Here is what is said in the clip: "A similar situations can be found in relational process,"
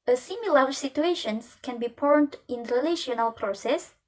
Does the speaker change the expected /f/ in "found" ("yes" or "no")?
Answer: yes